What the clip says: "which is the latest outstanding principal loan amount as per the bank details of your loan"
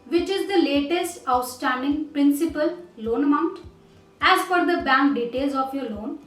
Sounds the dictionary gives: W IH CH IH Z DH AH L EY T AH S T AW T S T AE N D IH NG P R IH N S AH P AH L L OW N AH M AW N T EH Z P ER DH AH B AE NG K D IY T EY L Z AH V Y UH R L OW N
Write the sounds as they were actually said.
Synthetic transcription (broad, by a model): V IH CH IH Z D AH L EY T AH S T AW T S T AE N D IH NG P R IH N S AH P AH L L OW N AH M AW N T EH Z F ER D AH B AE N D D IY T EY L Z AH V Y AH R L OW N